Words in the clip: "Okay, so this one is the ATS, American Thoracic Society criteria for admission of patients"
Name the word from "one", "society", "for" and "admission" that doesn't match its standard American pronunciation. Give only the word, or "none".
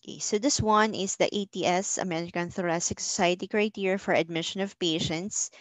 none